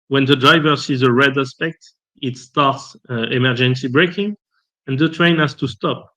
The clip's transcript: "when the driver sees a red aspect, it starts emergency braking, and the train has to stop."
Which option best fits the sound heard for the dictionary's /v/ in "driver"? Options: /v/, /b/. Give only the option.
/v/